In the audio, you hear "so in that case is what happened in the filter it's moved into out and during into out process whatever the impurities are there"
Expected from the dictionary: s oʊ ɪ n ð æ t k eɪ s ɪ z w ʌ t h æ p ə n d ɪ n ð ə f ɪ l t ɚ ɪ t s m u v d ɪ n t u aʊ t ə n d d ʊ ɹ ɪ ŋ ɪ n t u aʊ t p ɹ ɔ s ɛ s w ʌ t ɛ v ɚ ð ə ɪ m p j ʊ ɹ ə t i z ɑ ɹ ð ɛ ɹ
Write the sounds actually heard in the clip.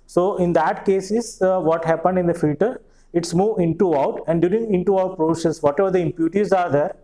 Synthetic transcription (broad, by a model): s oʊ ɪ n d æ t k eɪ s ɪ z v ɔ t h æ p ə n d ɪ n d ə f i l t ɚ ɪ t s m u v ɪ n t u aʊ t ə n d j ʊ ɹ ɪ ŋ ɪ n t u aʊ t p ɹ ɔ s ɛ s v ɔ t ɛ v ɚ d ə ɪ m p j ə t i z ɑ ɹ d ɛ ɹ